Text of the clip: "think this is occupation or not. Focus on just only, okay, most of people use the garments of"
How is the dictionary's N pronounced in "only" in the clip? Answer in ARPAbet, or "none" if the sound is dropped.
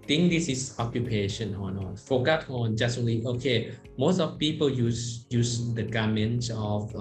none